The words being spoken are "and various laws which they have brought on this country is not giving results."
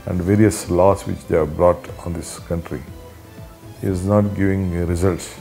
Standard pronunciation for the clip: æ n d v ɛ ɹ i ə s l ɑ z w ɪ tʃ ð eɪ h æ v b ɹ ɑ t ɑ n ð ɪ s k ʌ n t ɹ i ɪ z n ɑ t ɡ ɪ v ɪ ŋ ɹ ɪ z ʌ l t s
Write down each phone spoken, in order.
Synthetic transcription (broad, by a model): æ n d v ɛ ɹ i ə s l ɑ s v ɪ tʃ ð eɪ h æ b ɹ ɑ t ɑ n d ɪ s k ʌ n t ɹ i ɪ z n ɑ t ɡ ɪ v ɪ ŋ ɹ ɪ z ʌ l t s